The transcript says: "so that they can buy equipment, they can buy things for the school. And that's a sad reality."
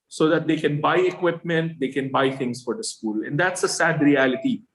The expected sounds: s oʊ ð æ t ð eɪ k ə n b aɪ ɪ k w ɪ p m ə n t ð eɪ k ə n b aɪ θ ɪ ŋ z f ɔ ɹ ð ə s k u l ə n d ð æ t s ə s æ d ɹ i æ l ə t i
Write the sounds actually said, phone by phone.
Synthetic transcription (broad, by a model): s oʊ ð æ t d eɪ k ə n b aɪ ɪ k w ɪ p m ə n t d eɪ k ə n b aɪ t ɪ ŋ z f ɔ ɹ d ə s k u l ə n d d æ t s ə s æ d ɹ i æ l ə t i